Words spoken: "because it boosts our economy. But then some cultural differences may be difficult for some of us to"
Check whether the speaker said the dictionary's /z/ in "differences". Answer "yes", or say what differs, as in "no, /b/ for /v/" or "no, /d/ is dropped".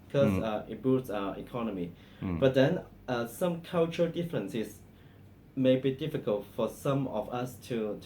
no, /s/ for /z/